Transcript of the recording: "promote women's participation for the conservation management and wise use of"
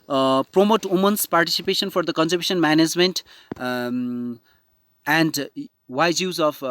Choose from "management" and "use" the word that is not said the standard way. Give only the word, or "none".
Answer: none